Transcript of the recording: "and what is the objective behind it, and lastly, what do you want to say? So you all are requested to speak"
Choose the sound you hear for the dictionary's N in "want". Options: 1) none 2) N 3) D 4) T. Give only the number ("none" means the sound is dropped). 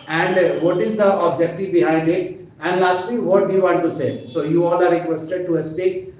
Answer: 1